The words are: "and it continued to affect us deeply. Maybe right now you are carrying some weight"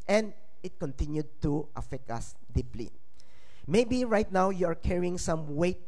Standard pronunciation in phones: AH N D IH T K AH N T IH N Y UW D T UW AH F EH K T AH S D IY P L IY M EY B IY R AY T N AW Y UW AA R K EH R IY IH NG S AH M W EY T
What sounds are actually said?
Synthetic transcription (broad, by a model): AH N D IH T K AH N T IH N Y UW D T UW AH F EH K T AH S D IY P L IY M EY B IY R AY T N AW Y UW AA R K EH R IY IH NG S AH M W EY T